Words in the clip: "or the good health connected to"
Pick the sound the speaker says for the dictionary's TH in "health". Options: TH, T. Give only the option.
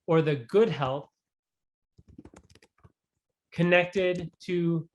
TH